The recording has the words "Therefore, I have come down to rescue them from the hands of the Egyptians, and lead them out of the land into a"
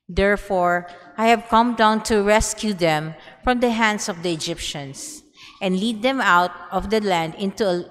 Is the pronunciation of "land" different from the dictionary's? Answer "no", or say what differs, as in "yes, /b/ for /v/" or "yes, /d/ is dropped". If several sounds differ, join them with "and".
no